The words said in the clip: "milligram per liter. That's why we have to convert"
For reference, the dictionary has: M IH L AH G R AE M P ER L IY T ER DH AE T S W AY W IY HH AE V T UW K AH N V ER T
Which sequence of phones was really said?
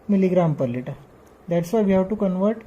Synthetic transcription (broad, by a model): M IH L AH G R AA M P ER L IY T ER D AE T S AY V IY HH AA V T UW K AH N V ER T